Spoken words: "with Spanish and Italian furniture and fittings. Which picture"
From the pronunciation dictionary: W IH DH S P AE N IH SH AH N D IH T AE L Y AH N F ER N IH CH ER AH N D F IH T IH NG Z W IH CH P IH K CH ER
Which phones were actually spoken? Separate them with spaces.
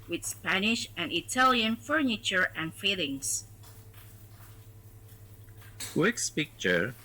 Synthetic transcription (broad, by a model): W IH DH S P AE N IH SH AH N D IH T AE L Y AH N F ER N IH CH ER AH N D F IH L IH NG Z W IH S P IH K CH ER